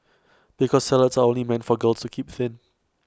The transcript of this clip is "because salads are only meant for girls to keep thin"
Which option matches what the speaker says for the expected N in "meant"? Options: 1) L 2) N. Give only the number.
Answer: 2